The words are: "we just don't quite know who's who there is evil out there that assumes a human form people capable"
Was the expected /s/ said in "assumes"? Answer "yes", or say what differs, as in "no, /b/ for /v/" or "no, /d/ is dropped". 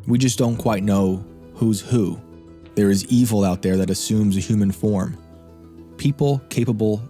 yes